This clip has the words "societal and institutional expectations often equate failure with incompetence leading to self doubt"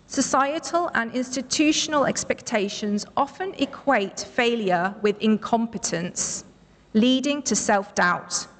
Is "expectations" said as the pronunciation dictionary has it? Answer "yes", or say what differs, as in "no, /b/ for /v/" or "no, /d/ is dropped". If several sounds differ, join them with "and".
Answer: yes